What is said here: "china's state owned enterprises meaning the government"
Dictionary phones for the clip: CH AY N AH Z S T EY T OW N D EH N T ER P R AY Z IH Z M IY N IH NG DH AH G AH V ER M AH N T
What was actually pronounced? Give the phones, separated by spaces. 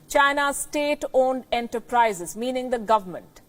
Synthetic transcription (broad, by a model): CH AY N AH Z S T EY T OW N D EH N T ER P R AY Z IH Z M IY N IH NG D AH G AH V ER M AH N T